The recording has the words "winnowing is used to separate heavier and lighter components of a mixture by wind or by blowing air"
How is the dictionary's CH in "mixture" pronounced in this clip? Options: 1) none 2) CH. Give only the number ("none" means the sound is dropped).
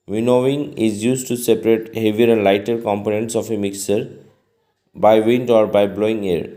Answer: 1